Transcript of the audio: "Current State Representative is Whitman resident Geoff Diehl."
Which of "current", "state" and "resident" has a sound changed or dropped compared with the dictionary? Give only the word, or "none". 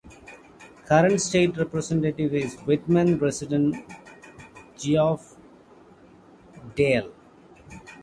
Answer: resident